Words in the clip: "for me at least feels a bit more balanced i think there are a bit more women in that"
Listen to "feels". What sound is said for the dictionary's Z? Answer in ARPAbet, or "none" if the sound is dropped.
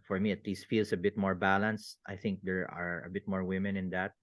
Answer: S